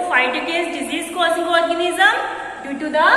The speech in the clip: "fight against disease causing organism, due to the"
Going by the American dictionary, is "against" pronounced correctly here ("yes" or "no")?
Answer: no